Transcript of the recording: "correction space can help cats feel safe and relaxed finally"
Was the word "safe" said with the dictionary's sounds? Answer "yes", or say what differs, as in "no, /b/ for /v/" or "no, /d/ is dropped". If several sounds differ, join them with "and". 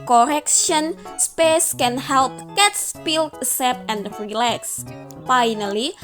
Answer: no, /p/ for /f/